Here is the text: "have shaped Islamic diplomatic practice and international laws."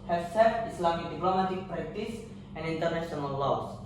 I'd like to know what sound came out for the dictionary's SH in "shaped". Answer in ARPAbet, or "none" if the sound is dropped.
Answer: S